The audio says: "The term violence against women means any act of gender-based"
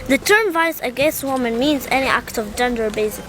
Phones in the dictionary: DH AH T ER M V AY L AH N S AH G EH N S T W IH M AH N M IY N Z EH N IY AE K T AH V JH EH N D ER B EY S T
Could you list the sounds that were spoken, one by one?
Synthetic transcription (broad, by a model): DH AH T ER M V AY AH S AH G EH N S T W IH M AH N M IY N Z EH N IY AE K T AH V JH EH N D ER B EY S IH